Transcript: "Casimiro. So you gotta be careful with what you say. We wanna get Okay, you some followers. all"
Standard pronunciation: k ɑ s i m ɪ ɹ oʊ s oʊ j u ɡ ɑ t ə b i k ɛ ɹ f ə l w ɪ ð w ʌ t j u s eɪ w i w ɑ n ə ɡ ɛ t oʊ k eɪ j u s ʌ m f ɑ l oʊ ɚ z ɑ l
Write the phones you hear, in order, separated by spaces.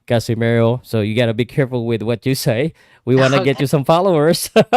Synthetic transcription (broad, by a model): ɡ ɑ s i m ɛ ɹ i s oʊ j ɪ ɡ ɑ t ə b i k ɛ ɹ f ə l w ɪ ð w ʌ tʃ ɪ s eɪ w i w ɑ n ə ɡ ɛ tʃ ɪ s ʌ m f ɑ l oʊ ɚ z